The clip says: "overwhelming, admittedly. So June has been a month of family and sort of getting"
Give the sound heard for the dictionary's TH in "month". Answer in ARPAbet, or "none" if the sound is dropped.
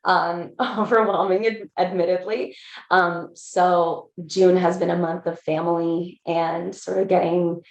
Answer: TH